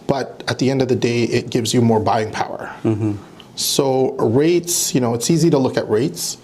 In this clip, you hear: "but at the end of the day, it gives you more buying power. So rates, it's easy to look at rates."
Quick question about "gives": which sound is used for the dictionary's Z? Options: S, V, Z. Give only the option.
Z